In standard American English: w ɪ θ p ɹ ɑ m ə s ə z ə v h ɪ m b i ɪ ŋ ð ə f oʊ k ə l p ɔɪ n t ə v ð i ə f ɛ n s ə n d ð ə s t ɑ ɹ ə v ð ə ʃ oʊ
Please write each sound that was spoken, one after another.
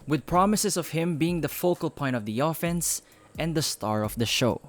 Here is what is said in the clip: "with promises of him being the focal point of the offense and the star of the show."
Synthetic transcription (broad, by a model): w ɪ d p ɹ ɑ m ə s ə s ə v h ɪ m b i ɪ ŋ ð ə f oʊ k ə l p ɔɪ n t ə v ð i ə f ɛ n s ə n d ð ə s t ɑ ɹ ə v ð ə ʃ oʊ